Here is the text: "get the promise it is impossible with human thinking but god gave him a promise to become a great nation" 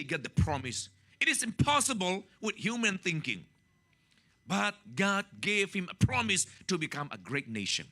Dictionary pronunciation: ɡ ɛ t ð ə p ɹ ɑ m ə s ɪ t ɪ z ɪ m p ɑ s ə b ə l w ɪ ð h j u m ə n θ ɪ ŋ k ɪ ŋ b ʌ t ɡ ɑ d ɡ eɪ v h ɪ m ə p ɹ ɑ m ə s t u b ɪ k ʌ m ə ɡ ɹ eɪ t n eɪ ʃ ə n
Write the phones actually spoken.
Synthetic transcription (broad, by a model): ɡ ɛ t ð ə p ɹ ɑ m ə s ɪ t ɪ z ɪ m p ɑ s ə b ə l w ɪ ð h j u m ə n θ ɪ ŋ k ɪ ŋ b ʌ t ɡ ɑ d ɡ eɪ v h ɪ m ə p ɹ ɑ m ə s t u b ɪ k ʌ m ə ɡ ɹ eɪ t n eɪ ʃ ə n